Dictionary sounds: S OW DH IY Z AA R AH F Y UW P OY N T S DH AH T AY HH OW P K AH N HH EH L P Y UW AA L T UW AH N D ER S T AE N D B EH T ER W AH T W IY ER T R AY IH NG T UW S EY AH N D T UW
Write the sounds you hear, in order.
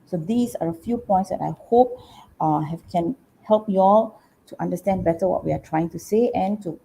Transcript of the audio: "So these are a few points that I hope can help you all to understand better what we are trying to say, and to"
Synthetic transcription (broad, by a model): S OW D IY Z AA R AH F Y UW P OY N T S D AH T AY HH OW P K AH N HH EH L P Y UW AA L T UW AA N D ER S T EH N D B EH T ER W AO T W IY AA T R AY IH NG T UW S EY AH N T UW